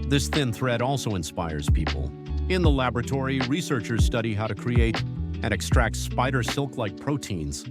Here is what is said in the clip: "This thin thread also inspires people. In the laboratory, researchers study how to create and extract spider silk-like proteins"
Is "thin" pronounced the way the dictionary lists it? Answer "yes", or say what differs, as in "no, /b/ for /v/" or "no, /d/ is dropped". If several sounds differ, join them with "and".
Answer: yes